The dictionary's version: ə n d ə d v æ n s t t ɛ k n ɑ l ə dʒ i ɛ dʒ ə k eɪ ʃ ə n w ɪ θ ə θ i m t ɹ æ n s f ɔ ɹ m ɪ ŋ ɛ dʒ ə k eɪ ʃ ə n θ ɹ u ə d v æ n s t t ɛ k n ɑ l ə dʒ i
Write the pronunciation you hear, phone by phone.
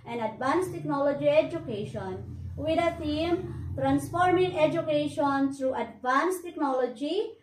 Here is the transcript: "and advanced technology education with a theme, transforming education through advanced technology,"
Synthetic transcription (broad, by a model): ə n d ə d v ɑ n s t t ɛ k n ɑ l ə dʒ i ɛ dʒ ə k eɪ ʃ ə n w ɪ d ə t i m t ɹ æ n s f ɔ ɹ m ɪ ŋ ɛ dʒ ə k eɪ ʃ ə n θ ɹ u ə d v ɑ n s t t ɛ k n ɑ l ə dʒ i